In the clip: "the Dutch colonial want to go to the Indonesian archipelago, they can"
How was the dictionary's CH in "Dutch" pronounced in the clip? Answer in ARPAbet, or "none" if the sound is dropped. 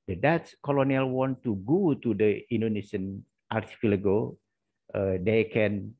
S